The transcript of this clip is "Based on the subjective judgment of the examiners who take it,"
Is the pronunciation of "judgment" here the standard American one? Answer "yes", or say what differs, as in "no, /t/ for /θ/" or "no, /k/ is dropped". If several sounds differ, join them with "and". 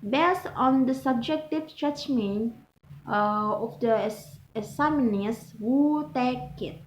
no, /t/ is dropped